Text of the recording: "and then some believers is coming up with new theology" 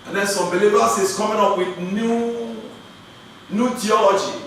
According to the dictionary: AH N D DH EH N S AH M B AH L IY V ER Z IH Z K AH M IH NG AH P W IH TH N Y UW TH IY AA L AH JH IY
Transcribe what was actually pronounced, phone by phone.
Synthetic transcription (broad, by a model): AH N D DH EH N S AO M B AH L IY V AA S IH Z K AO M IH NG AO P W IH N N Y UW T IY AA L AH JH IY